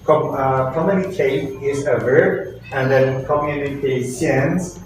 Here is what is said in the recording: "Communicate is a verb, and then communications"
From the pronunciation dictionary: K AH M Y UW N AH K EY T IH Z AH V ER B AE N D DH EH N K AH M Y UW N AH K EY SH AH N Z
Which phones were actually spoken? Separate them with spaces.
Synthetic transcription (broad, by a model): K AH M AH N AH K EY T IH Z AH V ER AE N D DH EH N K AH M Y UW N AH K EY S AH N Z